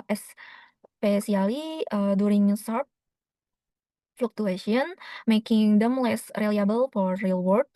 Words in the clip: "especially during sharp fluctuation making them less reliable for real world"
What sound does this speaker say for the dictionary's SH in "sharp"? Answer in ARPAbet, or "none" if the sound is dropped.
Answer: S